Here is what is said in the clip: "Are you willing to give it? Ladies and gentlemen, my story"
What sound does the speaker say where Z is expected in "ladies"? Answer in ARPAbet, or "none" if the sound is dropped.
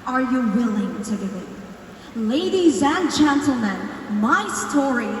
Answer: Z